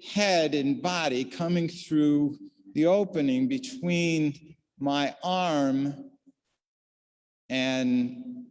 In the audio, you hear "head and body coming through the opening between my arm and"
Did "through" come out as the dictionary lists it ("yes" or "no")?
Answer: yes